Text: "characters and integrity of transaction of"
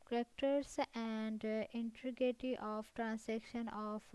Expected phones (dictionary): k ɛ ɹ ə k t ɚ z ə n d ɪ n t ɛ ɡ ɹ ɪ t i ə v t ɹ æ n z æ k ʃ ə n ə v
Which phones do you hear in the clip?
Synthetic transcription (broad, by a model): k ɹ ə k t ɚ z ə n d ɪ n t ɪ ɡ ɪ t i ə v t ɹ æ n s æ k ʃ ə n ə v